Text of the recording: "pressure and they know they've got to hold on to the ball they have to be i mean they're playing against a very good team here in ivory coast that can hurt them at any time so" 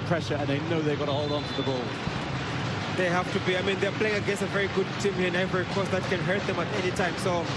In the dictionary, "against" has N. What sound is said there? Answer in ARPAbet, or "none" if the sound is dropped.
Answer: none